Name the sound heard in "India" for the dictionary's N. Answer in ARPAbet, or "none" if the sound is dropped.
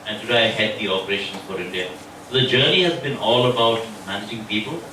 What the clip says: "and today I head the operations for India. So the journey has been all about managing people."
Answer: N